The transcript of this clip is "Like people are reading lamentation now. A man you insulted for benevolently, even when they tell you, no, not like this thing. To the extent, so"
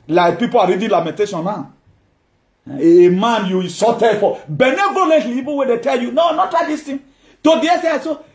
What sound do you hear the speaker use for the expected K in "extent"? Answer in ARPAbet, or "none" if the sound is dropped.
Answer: none